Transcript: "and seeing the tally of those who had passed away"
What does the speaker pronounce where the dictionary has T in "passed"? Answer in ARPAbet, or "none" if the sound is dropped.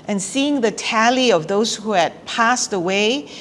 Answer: T